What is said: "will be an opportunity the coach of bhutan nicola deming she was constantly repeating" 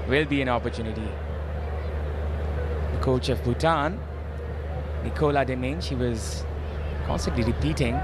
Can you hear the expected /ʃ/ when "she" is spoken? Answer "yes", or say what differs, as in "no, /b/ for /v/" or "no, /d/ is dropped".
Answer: yes